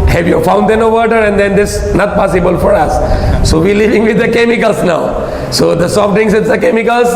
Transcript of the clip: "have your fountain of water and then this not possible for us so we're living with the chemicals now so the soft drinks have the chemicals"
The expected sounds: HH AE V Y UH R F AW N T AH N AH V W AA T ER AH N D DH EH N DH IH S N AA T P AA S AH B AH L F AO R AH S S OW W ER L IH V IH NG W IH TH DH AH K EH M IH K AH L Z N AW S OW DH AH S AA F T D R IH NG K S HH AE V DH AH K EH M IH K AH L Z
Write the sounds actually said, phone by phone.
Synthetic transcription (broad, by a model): HH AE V Y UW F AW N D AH N AH V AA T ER AH N D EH N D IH S N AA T P AA S AH B AH L F AO R AH S S OW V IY L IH V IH NG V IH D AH K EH M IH K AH L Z N AW S OW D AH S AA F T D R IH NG S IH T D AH K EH M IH K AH L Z